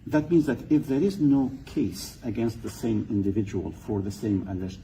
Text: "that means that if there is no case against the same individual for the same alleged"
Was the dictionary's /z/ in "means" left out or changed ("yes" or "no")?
no